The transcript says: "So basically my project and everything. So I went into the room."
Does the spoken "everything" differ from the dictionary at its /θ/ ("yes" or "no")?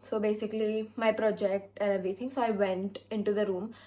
yes